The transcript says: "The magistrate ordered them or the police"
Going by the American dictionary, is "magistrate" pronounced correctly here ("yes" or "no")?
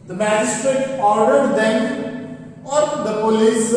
yes